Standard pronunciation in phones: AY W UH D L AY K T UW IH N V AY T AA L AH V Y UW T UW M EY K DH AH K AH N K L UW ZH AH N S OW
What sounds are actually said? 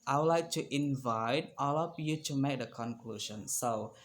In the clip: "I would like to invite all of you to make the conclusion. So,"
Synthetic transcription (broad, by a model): AY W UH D L AY K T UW IH N V AY T AA L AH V Y UW T UW M EY K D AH K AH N K L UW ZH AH N S OW